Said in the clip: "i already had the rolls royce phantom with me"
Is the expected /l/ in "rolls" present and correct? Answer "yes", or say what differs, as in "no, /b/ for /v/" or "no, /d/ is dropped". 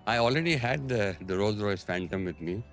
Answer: no, /l/ is dropped